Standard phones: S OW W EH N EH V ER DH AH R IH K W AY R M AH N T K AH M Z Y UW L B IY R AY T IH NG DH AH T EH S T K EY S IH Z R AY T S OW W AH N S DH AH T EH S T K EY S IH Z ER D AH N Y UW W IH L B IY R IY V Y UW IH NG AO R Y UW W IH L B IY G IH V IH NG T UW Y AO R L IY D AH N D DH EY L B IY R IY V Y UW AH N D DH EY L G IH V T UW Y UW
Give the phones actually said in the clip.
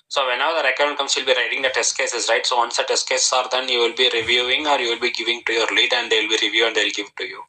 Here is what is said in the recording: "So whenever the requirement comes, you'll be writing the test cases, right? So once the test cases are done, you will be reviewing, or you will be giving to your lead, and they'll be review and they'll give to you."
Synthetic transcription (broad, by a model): S OW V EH N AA UH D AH R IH K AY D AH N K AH M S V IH L B IY R AY T IH NG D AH T EH S T K EY S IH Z R AY T S OW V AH N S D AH T EH S T K EY S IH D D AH N Y UW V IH L B IY R IY V Y UW IH NG AO R Y UW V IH L B IY G IH V IH NG T UW Y AO R L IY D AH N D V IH L B IY R IY V Y UW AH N D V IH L G IH V T UW Y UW